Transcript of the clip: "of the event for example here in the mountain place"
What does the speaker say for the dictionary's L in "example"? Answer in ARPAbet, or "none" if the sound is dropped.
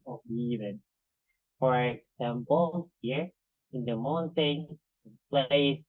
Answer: N